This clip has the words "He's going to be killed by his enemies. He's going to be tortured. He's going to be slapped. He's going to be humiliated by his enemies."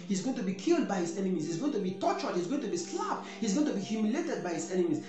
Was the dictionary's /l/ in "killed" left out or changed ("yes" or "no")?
no